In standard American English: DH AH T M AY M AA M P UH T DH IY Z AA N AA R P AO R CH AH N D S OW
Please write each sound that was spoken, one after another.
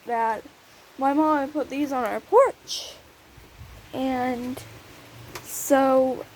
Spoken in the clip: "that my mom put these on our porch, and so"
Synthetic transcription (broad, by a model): DH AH T M AY M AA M P UH T DH IY Z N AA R P AO R CH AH N S OW